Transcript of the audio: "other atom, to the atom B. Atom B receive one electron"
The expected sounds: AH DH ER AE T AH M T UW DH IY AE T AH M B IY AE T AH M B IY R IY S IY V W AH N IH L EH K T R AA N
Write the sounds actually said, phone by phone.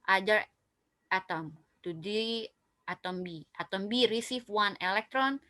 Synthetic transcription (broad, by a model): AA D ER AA T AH M T UW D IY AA T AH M B IY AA T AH M B IY R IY S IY F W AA N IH L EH K T R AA N